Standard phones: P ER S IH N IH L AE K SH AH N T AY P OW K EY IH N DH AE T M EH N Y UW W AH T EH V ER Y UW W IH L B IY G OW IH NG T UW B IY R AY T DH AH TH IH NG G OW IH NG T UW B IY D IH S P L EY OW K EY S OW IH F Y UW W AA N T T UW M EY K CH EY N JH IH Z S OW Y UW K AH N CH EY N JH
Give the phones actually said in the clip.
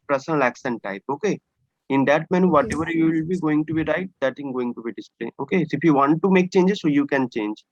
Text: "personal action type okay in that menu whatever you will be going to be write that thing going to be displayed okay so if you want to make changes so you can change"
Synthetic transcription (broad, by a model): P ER S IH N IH L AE K S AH N T AY P OW K EY IH N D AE T M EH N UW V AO T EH V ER Y UW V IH L B IY G OW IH NG T UW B IY R AY T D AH T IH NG G OW IH NG T UW B IY D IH S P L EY OW K EY S OW IH F Y UW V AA N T T UW M EY K CH EY N JH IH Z S OW Y UW K AH N CH EY N JH